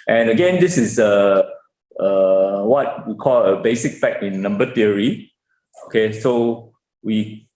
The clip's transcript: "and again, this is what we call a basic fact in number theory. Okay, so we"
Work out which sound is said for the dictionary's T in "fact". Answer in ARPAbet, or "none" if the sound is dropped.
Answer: none